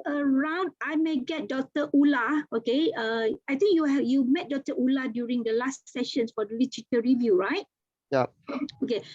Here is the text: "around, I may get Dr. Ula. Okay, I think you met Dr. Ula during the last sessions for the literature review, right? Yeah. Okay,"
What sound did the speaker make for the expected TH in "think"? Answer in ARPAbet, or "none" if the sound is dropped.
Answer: T